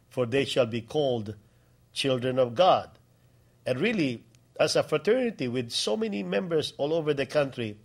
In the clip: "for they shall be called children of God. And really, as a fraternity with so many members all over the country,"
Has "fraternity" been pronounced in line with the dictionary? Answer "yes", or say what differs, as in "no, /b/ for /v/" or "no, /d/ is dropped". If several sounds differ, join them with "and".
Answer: yes